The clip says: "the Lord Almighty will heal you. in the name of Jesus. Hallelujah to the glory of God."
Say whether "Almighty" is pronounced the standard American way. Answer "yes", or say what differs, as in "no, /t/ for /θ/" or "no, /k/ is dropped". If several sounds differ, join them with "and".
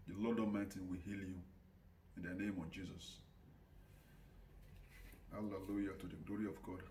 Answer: no, /l/ is dropped